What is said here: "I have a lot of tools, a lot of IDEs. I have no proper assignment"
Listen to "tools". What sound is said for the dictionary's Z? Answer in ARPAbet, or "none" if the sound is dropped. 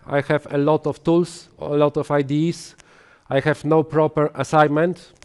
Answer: S